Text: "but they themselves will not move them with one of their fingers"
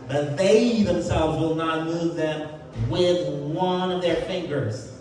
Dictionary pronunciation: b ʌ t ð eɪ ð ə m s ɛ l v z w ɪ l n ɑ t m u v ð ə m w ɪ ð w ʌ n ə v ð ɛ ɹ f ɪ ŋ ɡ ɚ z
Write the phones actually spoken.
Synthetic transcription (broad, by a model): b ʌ t ð eɪ ð ə m s ɛ l v z w ɪ l n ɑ t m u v ð ə m w ɪ ð w ʌ n ə v ð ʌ ɹ f ɪ ŋ ɡ ɚ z